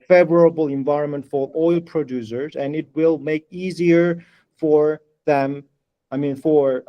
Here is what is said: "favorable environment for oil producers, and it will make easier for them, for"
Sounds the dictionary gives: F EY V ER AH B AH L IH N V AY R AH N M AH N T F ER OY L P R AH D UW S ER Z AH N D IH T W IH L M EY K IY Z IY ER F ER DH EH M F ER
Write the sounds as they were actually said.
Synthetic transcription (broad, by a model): F EY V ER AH B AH L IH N V AY R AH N M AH N T F ER OY L P R AH D UW S ER Z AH N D IH T W IH L M EY K IY Z IY ER F ER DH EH M F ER